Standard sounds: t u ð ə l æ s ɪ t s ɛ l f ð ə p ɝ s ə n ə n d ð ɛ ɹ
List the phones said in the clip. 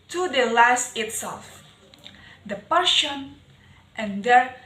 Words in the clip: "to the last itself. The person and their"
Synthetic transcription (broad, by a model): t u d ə l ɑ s ɪ t s ɛ l f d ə p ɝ ʃ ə n ə n d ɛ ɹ